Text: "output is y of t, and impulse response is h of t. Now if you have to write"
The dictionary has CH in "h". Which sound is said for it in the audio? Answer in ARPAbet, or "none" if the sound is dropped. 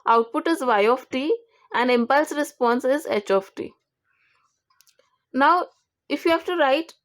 CH